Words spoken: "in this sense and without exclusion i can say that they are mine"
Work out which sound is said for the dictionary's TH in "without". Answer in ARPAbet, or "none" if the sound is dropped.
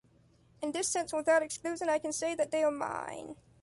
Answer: TH